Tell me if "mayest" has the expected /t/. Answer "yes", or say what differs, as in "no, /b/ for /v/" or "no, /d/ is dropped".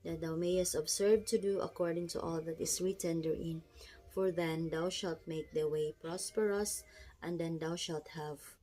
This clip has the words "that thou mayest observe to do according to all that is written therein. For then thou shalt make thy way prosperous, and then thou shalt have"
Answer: yes